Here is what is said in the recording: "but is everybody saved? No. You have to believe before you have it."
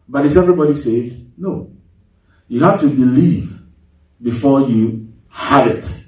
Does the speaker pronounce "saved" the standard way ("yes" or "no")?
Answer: no